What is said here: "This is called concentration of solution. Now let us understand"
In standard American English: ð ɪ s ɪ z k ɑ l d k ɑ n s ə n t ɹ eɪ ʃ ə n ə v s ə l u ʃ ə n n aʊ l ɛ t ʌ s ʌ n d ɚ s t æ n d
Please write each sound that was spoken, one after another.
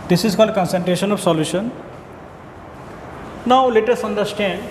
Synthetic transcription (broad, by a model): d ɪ s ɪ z k ɑ l d k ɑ n s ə n t ɹ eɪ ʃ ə n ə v s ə l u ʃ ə n n aʊ l ɛ t ʌ s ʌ n d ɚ s t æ n d